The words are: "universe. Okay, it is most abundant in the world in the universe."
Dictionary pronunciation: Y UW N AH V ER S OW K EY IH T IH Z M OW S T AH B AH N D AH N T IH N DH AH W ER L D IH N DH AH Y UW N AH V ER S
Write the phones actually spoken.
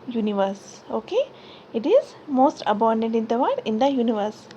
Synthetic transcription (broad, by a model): Y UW N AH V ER S OW K EY IH T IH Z M OW S T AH B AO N D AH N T IH N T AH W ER D IH N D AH Y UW N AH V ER S